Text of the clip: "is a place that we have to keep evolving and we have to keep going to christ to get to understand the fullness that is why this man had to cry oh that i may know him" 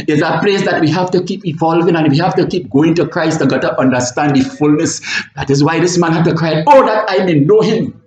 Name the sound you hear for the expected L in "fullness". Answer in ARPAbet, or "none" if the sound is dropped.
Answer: L